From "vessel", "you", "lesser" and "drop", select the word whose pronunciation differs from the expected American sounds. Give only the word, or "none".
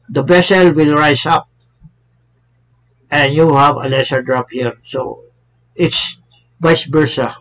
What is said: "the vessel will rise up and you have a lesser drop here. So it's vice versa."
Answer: vessel